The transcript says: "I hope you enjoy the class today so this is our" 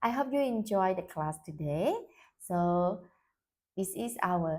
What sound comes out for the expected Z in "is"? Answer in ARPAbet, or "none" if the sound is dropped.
S